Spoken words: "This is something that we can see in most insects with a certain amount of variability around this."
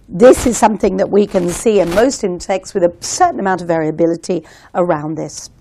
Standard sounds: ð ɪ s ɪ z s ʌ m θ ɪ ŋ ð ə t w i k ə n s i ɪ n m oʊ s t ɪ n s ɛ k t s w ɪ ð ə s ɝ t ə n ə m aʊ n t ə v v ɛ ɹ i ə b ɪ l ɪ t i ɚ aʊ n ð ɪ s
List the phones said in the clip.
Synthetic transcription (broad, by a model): ð ɪ s ɪ z s ʌ m θ ɪ ŋ ð ə t w i k ə n s i ɪ n m oʊ s t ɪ n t ɛ k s w ɪ ð ə s ɝ t n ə m aʊ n t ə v v ɛ ɹ i ə b ɪ l ɪ t i ɚ aʊ n ð ɪ s